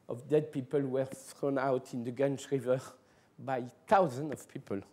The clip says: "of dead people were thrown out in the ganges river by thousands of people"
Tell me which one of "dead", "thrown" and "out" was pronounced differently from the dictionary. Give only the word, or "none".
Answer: none